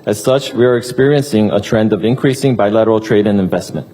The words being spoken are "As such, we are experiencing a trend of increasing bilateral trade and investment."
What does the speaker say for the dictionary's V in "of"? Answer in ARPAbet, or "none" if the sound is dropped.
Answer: V